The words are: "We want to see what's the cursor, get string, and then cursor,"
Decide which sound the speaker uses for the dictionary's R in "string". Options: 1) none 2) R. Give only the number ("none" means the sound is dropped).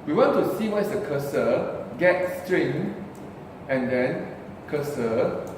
2